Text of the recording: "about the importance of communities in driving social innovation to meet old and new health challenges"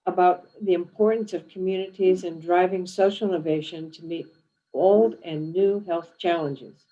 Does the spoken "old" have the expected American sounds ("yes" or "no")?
yes